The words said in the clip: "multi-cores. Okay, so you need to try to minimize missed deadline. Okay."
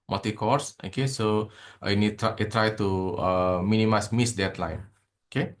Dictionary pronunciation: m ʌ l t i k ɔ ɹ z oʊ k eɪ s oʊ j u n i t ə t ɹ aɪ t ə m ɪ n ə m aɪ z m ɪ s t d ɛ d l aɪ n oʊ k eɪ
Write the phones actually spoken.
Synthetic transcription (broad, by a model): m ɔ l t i k ɔ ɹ s oʊ k eɪ s oʊ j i n i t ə t ɹ aɪ t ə m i n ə m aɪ s m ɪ s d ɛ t l aɪ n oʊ k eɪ